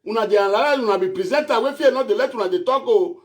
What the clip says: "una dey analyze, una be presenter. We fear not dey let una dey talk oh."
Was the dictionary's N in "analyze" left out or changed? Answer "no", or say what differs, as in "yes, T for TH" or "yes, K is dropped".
yes, L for N